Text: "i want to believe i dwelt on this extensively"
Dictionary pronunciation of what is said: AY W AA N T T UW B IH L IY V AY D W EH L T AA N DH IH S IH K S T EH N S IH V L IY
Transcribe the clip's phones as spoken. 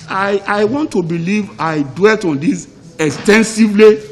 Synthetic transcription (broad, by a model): AY W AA N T T UW B IH L IY V AY D W EH L T AA N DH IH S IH K S T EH N S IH V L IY